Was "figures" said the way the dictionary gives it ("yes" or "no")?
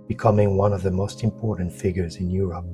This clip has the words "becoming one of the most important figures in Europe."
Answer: yes